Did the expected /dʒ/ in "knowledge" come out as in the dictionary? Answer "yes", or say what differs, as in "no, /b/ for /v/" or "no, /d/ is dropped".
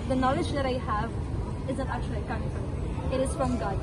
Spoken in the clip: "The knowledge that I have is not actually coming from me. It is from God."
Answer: yes